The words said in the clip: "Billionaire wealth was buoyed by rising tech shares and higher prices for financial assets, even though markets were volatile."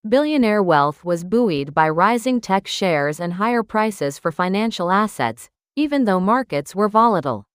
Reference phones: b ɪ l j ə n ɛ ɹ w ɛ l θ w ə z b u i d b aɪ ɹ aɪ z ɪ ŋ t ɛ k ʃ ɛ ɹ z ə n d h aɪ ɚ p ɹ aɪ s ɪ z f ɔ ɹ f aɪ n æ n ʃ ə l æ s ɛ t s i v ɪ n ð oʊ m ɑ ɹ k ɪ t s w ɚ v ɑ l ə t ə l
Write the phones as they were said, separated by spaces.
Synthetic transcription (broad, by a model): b ɪ l j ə n ɛ ɹ w ɛ l θ w ə z b u i d b aɪ ɹ aɪ z ɪ ŋ t ɛ k ʃ ɛ ɹ z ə n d h aɪ ɚ p ɹ aɪ s ɪ z f ɔ ɹ f aɪ n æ n ʃ l æ s ɛ t s i v ɪ n ð oʊ m ɑ ɹ k ɪ t s w ɚ v ɑ l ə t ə l